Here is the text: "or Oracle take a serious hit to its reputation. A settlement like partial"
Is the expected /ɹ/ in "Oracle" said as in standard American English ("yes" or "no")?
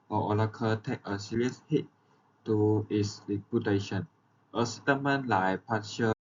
no